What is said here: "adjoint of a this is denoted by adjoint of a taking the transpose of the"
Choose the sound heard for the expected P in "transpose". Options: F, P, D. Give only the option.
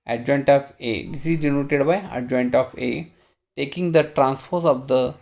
F